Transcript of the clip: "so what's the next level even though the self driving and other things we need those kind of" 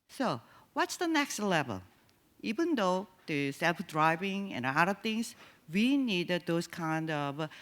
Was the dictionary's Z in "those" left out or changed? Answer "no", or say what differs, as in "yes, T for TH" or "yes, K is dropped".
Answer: yes, S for Z